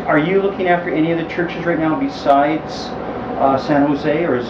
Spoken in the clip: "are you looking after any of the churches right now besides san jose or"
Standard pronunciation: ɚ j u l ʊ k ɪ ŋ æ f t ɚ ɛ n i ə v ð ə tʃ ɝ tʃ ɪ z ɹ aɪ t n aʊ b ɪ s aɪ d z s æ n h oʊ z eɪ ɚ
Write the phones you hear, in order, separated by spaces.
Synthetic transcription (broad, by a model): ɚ j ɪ l ʊ k ɪ ŋ æ f t ɚ ɛ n i ə v ð ə tʃ ɝ tʃ ɪ z ɹ aɪ t n aʊ b ɪ s aɪ d z s æ n h oʊ z eɪ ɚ